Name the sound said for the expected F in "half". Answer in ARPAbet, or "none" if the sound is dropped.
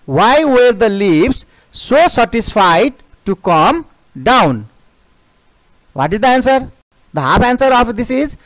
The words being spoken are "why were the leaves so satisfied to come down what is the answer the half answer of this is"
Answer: P